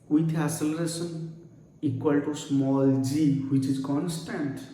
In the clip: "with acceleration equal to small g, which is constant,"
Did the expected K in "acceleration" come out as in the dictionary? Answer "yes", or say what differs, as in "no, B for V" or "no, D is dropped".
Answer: no, K is dropped